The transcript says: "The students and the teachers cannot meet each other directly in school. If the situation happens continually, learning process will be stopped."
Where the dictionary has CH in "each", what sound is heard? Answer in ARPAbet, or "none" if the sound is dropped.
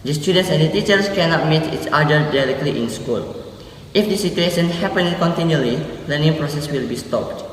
S